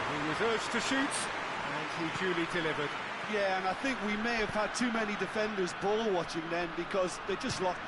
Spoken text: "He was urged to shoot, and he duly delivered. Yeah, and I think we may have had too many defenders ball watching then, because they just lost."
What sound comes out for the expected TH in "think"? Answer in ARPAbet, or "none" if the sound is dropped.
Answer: TH